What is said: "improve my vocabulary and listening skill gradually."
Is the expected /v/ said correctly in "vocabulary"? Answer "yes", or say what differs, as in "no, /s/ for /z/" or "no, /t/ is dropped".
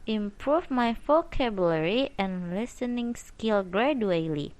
no, /f/ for /v/